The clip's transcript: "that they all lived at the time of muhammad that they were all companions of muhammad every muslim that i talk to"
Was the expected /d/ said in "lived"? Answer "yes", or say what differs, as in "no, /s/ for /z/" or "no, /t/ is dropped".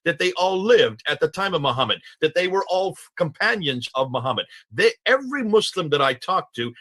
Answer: yes